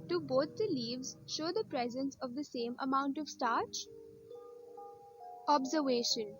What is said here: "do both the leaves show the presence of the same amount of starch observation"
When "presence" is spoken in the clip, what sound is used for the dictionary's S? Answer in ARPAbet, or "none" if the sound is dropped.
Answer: S